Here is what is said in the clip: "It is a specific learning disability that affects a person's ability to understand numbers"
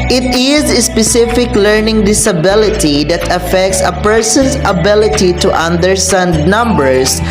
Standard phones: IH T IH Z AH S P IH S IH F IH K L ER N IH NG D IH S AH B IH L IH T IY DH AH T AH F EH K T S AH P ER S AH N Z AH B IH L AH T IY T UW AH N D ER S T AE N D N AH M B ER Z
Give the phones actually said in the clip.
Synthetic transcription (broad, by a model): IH T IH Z AH S P IH S IH F IH K L ER N IH NG D IH S AH B IH L IH T IY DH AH T AH F EH K T S AH P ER S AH N S AH B IH L AH T IY T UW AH N D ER S T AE N D N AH M B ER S